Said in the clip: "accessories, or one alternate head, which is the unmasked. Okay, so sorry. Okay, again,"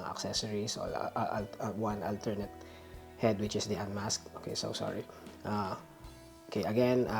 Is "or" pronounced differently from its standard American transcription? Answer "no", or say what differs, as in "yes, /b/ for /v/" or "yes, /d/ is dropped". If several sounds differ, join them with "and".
yes, /l/ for /ɹ/